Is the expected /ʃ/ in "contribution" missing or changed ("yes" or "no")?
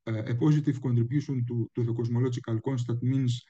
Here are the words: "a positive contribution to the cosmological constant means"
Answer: yes